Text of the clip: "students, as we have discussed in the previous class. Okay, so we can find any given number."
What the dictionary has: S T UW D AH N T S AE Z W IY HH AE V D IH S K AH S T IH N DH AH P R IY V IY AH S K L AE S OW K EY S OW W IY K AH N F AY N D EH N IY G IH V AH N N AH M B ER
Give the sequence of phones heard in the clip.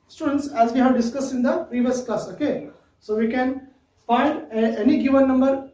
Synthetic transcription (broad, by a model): S T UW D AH N T S AE Z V IY HH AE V D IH S K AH S IH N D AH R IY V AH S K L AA S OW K EY S OW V IY K AH N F AY D EH N IY G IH V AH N N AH M B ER